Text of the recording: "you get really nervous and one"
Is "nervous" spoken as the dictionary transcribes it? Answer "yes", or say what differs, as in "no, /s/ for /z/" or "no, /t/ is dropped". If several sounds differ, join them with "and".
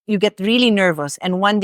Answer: yes